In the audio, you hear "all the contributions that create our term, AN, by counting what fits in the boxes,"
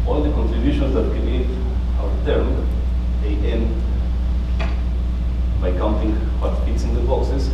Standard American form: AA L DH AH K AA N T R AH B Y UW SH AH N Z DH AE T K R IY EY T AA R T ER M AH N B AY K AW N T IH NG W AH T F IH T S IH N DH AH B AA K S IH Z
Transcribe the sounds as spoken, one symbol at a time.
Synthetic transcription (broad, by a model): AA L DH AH K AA N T R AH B Y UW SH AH N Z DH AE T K IY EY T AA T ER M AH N B AY K AW N T IH NG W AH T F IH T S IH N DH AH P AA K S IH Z